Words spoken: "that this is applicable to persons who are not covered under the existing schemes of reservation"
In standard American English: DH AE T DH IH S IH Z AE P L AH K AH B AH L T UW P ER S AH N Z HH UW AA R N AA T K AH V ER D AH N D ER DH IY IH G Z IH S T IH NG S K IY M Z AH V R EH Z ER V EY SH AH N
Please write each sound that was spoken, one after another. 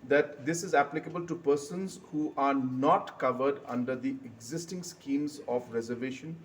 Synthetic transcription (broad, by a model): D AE T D IH S IH Z AE P L AH K AH B AH L T UW P ER S AH N Z HH UW AA R N AA T K AH V ER D AH N D ER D IY IH G Z IH S T IH NG S K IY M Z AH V R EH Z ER V EY SH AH N